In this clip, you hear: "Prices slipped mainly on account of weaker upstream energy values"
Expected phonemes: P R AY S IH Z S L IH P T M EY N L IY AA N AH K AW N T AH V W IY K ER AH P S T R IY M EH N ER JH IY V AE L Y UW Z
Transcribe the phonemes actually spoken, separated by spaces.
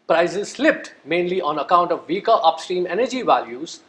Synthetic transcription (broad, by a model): P R AY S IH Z S L IH P T M EY N L IY AA N AH K AW N T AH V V IY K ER AH P S T R IY M EH N ER JH IY V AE L Y UW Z